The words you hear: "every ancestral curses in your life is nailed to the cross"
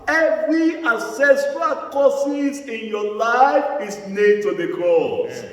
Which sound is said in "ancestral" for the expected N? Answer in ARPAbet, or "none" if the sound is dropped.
none